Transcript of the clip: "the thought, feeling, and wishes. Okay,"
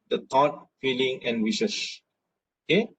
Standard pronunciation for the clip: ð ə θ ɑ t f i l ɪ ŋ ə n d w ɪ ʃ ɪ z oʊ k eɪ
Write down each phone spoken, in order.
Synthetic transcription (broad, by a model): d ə t ɑ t f i l ɪ ŋ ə n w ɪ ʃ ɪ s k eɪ